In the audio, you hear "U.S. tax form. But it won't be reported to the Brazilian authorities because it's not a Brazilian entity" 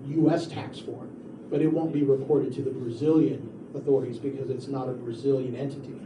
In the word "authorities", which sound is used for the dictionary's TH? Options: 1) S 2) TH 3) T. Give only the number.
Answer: 2